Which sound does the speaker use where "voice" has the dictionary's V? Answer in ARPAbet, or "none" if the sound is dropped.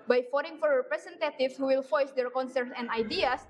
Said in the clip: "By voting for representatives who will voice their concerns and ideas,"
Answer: F